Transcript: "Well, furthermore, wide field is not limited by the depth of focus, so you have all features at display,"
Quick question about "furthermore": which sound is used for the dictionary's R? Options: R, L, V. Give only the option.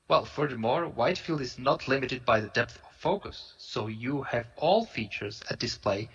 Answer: R